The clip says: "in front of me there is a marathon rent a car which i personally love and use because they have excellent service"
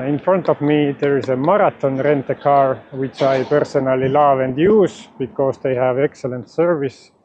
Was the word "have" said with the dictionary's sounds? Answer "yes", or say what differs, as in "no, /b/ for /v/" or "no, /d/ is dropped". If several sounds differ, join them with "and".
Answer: yes